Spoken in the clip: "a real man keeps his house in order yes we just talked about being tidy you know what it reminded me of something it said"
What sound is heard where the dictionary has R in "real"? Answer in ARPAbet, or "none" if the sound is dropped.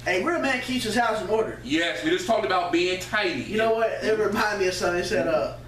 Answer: W